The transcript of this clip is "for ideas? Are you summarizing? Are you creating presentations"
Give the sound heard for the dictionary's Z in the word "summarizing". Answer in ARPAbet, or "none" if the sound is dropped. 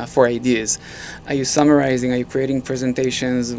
Z